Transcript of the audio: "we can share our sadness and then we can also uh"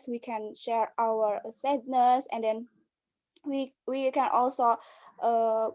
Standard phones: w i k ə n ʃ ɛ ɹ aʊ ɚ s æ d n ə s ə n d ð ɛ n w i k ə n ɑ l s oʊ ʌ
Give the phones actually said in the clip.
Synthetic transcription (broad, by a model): w i k ə n ʃ ɛ ɹ aʊ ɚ s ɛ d n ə s ə n d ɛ n w i k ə n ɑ l s oʊ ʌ